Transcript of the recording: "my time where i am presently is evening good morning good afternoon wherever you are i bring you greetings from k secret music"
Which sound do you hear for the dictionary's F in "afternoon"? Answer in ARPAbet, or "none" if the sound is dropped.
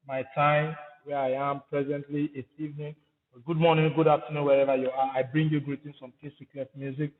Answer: P